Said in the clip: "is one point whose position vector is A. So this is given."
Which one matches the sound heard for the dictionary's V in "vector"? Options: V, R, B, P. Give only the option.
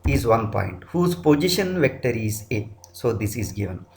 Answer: V